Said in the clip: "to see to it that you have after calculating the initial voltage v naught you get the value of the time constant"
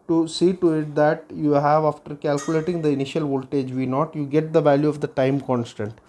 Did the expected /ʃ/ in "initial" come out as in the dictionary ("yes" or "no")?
yes